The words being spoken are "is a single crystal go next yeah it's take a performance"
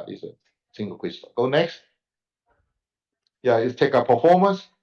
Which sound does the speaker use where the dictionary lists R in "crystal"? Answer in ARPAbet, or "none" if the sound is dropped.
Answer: none